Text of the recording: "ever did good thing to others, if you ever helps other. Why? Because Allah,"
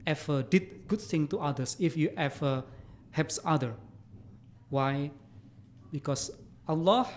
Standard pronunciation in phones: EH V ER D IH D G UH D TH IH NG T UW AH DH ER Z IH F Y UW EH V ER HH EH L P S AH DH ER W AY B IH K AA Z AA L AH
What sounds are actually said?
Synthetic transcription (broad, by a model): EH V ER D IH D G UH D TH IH NG T UW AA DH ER S IH F Y UW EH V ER HH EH P S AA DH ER W AY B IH K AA S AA L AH